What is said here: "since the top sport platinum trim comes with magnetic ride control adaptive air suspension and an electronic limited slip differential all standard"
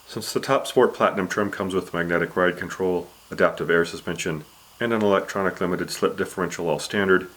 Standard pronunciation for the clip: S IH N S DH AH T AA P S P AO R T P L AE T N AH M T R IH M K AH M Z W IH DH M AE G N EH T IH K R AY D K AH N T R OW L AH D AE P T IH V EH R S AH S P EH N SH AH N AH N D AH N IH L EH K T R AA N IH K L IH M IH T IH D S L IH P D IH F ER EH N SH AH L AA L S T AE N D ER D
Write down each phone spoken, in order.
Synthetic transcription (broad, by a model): S IH N S DH AH T AA P S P AO R T P L AE T N AH M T R M K AH M Z W IH DH M AE G N EH T IH K R AY D K AH N T R OW L AH D AE P T IH V EH R S AH S P EH N SH AH N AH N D AH N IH L EH K T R AA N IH K L IH M IH T IH D S L IH P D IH F ER EH N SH L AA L S T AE N D ER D